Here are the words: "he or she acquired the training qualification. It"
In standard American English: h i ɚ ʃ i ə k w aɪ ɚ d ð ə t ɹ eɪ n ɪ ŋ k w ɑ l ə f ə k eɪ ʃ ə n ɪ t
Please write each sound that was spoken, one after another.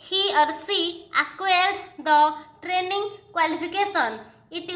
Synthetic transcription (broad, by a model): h i ɚ s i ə k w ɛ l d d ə t ɹ eɪ n ɪ ŋ k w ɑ l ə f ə k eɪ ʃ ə n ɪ t